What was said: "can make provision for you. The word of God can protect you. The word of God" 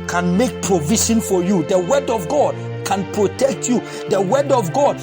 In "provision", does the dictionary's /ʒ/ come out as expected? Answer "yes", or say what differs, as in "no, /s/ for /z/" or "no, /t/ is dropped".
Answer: no, /ʃ/ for /ʒ/